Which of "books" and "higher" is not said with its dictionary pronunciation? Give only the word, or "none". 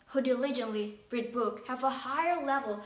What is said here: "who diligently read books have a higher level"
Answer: books